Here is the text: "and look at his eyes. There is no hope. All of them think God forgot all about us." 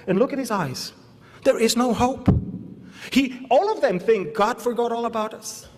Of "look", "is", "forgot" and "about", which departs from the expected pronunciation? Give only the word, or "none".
none